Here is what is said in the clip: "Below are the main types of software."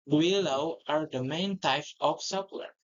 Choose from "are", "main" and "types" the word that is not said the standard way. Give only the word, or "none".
types